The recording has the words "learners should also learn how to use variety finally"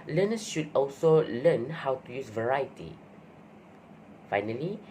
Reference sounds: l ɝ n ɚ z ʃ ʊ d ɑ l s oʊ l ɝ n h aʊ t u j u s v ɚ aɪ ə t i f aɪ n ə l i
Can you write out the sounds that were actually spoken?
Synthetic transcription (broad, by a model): l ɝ n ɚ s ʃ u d ɑ l s oʊ l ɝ n h aʊ t u j u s v ɚ aɪ ə t i f aɪ n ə l i